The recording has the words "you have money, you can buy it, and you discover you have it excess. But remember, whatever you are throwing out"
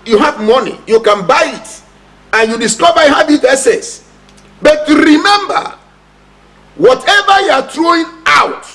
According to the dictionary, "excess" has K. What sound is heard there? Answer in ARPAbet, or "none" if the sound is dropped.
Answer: none